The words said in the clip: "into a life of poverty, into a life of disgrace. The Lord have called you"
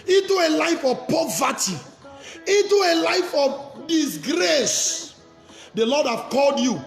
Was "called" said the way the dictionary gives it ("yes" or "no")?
yes